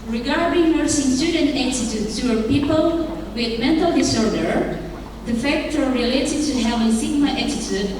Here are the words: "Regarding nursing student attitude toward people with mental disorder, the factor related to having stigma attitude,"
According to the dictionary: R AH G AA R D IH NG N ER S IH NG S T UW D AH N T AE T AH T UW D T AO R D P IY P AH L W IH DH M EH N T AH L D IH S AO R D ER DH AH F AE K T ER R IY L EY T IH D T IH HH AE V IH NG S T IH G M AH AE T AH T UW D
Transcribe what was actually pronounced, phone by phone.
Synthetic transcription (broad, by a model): R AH G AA R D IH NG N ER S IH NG S T UW D AH N T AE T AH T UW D S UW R P IY P AH L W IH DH M EH N T AH L D IH S AO R D ER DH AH F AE K T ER R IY L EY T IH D T IH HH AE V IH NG S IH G M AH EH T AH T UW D